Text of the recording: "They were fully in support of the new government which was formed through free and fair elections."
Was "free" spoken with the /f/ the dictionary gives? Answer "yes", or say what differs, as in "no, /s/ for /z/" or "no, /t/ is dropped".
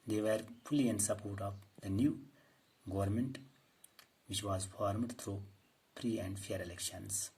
no, /p/ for /f/